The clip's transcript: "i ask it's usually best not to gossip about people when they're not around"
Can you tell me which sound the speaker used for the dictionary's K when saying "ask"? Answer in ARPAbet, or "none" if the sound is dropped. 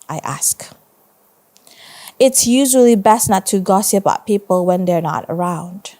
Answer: K